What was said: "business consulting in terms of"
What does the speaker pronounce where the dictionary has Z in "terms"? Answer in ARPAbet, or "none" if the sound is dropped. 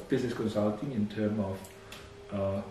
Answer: none